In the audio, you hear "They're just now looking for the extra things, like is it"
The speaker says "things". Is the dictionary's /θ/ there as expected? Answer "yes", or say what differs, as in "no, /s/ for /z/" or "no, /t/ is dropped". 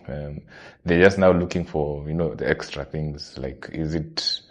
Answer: yes